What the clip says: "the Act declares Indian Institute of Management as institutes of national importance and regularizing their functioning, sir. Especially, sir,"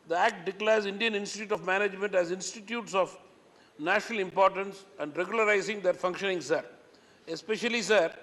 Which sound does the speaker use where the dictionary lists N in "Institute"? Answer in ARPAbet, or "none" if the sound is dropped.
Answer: N